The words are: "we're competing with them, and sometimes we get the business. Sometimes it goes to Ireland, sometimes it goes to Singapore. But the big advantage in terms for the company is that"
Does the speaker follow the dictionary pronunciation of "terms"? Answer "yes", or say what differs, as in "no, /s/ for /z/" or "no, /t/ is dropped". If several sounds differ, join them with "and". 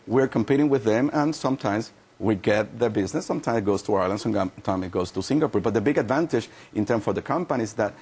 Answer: no, /z/ is dropped